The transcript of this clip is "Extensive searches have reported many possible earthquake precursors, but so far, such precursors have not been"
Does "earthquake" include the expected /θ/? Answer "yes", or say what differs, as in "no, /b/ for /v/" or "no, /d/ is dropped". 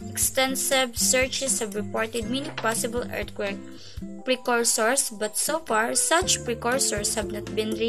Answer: no, /t/ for /θ/